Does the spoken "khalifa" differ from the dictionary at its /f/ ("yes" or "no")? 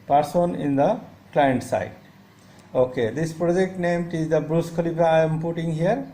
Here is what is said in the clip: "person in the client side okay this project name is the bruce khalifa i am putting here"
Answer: yes